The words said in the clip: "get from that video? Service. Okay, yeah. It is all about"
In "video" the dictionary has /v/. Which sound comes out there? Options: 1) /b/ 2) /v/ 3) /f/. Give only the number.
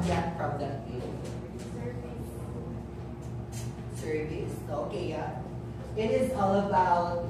3